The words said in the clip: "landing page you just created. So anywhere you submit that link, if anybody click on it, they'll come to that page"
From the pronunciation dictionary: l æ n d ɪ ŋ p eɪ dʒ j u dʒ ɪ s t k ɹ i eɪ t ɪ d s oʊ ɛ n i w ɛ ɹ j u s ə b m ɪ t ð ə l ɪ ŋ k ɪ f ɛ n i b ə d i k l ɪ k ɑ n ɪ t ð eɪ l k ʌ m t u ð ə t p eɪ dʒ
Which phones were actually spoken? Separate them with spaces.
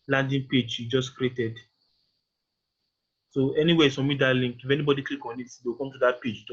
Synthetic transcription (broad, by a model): l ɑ n d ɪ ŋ p eɪ dʒ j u dʒ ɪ s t k ɹ i eɪ t ɪ d s oʊ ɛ n i w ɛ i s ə m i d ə l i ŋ k ɪ f ɛ n i b ə d i k l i k ɑ n ɪ t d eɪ w k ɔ m t u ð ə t p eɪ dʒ